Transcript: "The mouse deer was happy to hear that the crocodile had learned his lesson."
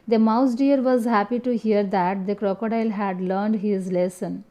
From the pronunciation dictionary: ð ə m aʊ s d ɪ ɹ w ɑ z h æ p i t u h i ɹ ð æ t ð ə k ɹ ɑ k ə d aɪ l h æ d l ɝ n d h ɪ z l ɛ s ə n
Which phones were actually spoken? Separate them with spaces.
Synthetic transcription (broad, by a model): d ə m aʊ s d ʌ ɹ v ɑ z h æ p i t u h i ɹ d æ t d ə k ɹ ɑ k ə d aɪ l h æ d l ɝ n d h ɪ z l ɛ s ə n